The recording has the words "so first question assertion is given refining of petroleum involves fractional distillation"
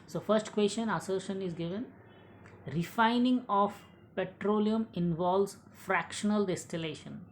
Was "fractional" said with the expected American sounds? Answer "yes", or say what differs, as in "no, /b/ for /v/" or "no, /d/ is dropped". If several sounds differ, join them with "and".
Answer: yes